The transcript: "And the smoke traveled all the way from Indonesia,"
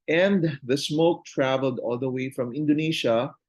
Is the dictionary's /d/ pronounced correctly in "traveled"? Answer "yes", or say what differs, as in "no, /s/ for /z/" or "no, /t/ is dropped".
yes